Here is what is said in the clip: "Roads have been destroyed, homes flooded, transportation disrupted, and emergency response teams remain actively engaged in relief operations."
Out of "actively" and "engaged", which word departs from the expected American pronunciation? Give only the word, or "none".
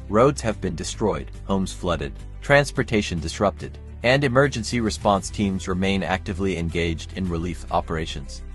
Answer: none